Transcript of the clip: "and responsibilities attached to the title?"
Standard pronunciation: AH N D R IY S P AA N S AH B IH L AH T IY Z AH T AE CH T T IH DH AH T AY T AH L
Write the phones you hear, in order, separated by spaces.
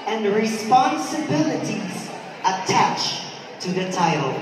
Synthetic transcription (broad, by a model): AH N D R IY S P AA N S AH B IH L AH T IY Z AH T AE CH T T IH DH AH T AY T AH L